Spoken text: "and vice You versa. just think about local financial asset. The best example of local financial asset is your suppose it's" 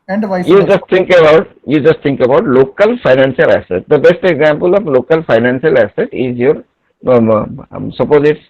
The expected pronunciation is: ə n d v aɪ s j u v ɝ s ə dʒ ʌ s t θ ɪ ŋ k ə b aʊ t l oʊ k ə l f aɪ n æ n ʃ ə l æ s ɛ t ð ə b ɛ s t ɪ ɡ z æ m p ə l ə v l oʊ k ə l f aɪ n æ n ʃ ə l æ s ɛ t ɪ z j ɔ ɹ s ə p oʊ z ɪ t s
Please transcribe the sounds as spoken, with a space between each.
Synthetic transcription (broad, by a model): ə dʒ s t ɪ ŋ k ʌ b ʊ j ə dʒ ʌ s t t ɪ ŋ k ə b aʊ t l oʊ k ə l f aɪ n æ n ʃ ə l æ s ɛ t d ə b ɛ s t ɪ ɡ z æ m p ə l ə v l oʊ k ə l f aɪ n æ n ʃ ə l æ s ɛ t ɪ z j ɔ ɹ s ə p oʊ z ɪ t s